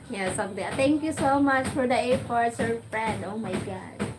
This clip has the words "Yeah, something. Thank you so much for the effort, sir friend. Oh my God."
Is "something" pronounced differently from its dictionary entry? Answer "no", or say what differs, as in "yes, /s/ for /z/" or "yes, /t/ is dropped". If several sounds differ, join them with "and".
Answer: yes, /t/ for /θ/